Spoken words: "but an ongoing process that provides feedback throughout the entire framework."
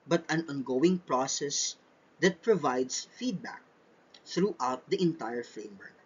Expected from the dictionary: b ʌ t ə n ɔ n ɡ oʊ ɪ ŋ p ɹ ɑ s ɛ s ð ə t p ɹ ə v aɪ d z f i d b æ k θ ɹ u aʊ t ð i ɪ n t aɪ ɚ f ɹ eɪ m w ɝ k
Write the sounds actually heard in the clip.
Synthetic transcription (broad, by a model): b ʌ t ə n ɔ n ɡ oʊ ɪ ŋ p ɹ ɑ s ɛ s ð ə t p ɹ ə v aɪ d s f i d b æ k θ ɹ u aʊ t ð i ɪ n t aɪ ɚ f ɹ eɪ m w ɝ k